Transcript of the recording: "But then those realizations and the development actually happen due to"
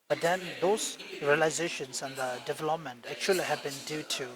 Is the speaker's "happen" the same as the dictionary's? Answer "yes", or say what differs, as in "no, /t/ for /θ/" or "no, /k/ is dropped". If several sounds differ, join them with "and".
no, /b/ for /p/